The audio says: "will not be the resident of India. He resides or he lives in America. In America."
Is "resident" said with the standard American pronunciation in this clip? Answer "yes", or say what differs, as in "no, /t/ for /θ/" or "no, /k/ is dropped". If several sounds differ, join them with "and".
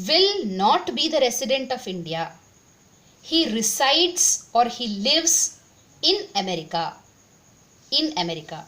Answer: no, /s/ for /z/